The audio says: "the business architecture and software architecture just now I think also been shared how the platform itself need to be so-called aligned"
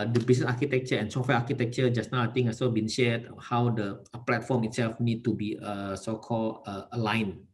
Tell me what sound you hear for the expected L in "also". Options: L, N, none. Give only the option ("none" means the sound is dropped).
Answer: none